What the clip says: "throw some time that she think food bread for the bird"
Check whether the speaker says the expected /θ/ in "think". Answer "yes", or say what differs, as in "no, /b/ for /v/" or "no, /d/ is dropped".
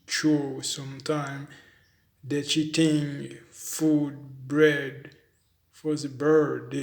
no, /t/ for /θ/